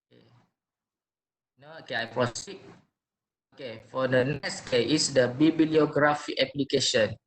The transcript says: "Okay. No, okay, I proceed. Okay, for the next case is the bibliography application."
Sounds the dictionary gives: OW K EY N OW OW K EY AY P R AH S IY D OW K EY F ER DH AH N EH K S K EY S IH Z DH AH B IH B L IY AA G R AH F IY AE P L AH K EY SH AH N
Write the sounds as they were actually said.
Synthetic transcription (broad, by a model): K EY N OW OW K EY AY P R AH S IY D OW K EY F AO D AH N EH K S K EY IH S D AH B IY B L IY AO G R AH F IY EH P L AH K EY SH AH N